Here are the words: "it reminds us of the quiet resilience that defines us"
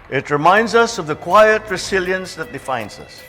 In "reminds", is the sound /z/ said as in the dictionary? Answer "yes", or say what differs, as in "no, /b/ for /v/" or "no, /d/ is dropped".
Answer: yes